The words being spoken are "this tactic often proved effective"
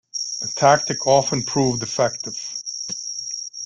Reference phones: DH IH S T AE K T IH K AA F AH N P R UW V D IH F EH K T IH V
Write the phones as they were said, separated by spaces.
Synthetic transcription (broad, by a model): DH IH T AE K T IH K AA F AH N P R UW V D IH F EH K T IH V